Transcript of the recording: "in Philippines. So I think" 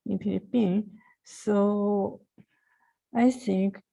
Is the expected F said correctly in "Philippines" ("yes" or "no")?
no